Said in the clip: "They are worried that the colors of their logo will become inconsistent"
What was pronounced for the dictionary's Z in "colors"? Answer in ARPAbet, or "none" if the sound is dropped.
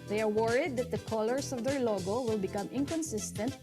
S